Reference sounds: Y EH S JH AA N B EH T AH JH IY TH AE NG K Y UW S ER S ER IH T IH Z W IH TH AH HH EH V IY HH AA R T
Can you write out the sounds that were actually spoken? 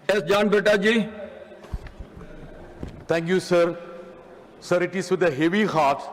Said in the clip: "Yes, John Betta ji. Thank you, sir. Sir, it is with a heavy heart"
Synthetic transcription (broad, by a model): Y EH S JH AA N B EH T AH JH IY T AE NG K Y UW S ER S ER IH T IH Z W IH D AH HH EH V IY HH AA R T